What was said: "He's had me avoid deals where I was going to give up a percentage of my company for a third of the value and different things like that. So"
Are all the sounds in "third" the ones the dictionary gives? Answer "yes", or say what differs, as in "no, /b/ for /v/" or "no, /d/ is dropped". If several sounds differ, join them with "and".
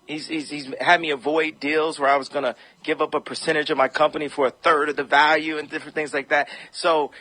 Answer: yes